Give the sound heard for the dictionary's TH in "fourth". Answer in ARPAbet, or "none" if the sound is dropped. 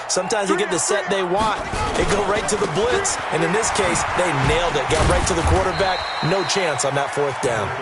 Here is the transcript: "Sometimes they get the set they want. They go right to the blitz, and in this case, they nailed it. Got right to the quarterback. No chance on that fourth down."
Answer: TH